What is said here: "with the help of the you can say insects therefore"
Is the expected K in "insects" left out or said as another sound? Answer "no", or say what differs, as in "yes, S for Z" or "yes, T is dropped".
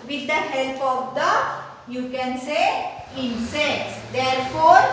yes, K is dropped